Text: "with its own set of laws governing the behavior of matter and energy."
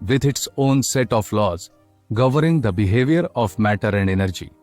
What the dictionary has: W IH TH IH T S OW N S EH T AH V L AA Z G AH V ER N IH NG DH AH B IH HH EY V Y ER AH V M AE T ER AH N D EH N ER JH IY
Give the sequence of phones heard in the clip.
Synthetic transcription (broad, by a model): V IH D IH T S OW N S EH T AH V L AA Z G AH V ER IH NG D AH B IH HH EY V Y ER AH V M AE T ER AH N D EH N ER JH IY